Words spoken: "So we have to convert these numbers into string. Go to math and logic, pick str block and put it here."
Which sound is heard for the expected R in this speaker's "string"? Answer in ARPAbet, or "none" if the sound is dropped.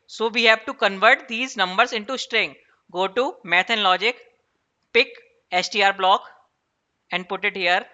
R